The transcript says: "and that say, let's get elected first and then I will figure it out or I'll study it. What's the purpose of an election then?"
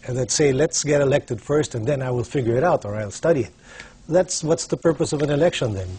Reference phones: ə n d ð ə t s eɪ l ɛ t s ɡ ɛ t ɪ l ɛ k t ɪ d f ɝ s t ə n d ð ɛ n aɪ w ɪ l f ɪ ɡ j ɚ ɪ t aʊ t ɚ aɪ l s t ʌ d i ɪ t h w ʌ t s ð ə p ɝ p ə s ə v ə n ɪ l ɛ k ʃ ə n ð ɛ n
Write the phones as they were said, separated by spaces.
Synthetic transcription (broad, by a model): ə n ð ə t s eɪ l ɛ t s ɡ ɛ t ɪ l ɛ k t ɪ d f ɝ s t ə n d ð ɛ n aɪ w ɪ l f ɪ ɡ j ɚ ɪ t aʊ t ɚ aɪ l s t ʌ d i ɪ t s w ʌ t s ð ə p ɝ p ə s ə v ə n ɪ l ɛ k ʃ ə n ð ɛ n